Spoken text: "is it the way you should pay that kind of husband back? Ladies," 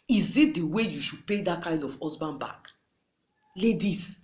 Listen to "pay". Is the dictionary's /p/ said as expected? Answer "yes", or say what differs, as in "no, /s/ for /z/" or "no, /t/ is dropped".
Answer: yes